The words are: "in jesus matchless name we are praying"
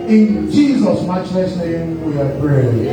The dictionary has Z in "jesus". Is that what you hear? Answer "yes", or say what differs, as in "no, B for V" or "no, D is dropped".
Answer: yes